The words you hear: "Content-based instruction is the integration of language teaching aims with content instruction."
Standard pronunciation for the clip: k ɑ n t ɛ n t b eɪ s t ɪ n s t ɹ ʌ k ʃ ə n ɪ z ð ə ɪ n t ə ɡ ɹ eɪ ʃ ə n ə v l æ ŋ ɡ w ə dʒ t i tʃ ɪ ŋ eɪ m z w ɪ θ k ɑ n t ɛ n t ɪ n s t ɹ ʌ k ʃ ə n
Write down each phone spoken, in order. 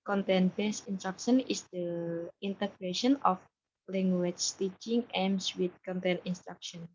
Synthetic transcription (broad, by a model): k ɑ n t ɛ n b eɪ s ɪ n s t ɹ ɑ k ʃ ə n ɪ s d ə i n t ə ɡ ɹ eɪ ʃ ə n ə f l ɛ ŋ ɡ w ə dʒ t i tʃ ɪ ŋ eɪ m s w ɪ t k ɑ n t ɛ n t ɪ n s t ɹ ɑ k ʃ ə n